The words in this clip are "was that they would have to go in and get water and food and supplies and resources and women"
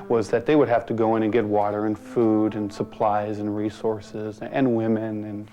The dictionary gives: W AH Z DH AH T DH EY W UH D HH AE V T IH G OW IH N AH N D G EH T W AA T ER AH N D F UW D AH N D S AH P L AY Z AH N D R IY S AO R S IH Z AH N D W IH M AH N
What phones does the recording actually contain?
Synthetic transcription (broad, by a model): W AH Z DH AH T DH EY W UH D HH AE F T IH G OW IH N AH N G EH T W AA T ER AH N F UW D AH N S AH P L AY Z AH N R IY S AO R S IH Z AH N W IH M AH N